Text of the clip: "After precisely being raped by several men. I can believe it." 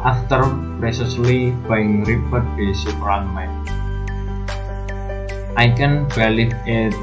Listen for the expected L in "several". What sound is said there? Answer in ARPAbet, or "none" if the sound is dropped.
N